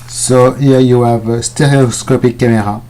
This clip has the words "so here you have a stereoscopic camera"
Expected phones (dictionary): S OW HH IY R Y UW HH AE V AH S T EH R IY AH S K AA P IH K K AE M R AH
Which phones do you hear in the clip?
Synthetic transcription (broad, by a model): S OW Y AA Y UW HH AE V S T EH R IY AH S K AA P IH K K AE M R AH